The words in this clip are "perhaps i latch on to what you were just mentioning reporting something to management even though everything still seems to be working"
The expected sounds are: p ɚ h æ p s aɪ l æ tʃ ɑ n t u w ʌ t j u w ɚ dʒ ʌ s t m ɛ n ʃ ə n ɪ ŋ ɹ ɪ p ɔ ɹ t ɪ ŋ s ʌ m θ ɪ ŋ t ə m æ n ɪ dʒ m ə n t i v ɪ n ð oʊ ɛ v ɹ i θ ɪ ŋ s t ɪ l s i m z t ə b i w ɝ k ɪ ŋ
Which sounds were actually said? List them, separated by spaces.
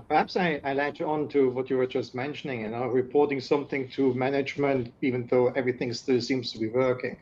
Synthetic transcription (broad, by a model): p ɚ h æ p s aɪ l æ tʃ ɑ n t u w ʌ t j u w ɚ dʒ ʌ s t m ɛ n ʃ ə n ɪ ŋ ɹ ɪ p ɔ ɹ t ɪ ŋ s ʌ m θ ɪ ŋ t ə m æ n ɪ dʒ m ə n t i v ɪ n ð oʊ ɛ v ɹ i θ ɪ ŋ s t ɪ l s i m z t ə b i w ɝ k ɪ ŋ